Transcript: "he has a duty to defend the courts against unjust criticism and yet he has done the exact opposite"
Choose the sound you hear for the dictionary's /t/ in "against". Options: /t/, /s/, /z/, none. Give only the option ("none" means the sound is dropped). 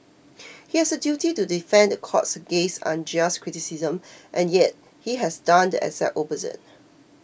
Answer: none